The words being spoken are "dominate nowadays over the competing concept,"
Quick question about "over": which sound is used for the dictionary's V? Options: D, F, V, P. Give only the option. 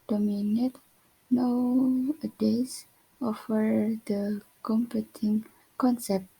F